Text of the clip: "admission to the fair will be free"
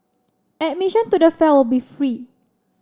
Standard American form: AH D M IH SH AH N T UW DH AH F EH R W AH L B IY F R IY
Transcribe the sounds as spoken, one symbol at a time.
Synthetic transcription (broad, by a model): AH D M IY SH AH N T UW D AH F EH L W AH L B IY F R IY